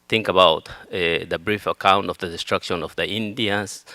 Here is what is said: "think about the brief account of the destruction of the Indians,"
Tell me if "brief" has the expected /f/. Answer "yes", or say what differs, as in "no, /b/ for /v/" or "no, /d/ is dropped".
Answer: yes